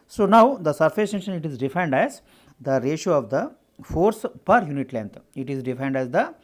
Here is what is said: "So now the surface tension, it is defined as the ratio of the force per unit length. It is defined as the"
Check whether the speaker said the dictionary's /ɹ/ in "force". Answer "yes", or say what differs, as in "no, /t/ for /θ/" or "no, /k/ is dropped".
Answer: yes